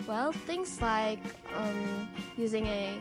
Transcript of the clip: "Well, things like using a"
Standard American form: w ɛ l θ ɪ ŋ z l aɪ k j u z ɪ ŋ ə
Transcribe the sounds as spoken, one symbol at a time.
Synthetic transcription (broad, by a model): w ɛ l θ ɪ ŋ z l aɪ k j u z ɪ ŋ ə